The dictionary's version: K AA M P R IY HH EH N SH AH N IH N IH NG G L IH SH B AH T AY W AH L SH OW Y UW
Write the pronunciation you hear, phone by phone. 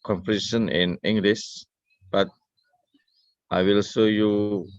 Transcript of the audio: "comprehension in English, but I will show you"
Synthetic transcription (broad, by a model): K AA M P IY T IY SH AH N IH N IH NG G L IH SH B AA T AY W AH L S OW Y UW